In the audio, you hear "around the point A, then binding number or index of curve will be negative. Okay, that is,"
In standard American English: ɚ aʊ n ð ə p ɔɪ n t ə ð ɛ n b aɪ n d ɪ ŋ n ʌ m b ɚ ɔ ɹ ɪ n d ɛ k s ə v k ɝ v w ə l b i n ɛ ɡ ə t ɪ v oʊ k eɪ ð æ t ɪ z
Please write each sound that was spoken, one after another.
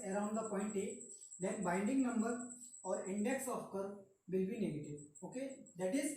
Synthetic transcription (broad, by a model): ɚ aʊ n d ə p ɔɪ n t ə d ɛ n b aɪ n d ɪ ŋ n ʌ m b ɚ ɔ ɹ ɪ n d ɛ k s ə f k ɝ v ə l b i n ɛ ɡ ə t ɪ v oʊ k eɪ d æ t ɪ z